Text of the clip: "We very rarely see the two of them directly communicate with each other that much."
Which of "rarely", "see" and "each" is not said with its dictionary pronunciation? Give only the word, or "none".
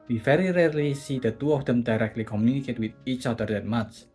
none